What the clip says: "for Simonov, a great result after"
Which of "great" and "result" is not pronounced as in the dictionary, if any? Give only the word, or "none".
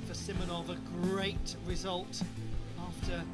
none